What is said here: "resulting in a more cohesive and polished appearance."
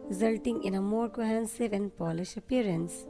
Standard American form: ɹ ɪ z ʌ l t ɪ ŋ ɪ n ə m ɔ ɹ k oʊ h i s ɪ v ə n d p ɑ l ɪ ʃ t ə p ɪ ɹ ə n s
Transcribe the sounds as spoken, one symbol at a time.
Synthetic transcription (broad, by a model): ɹ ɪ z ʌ l t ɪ ŋ ɪ n ə m ɔ ɹ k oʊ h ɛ s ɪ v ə n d p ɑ l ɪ ʃ ə p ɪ ɹ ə n s